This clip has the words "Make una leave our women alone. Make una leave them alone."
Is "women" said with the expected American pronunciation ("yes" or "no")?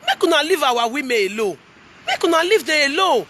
no